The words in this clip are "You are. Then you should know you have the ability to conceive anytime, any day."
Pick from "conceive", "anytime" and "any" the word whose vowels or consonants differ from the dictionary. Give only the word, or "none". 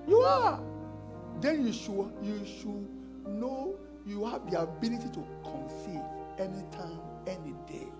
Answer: conceive